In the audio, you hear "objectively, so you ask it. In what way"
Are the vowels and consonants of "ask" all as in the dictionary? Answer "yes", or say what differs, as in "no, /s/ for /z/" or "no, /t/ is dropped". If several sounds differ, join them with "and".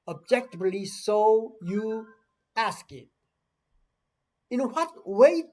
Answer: yes